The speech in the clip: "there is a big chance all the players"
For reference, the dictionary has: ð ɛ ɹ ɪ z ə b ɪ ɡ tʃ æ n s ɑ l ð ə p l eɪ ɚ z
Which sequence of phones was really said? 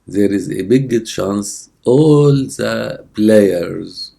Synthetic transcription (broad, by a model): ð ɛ ɹ ɪ z ə b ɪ ɡ ʃ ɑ n s ɑ l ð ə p l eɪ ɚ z